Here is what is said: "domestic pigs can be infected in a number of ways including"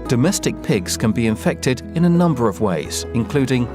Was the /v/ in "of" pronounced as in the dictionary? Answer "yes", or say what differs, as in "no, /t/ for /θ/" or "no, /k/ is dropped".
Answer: yes